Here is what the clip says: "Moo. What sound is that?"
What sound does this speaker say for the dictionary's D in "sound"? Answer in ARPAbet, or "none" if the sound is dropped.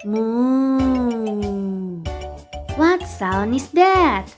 none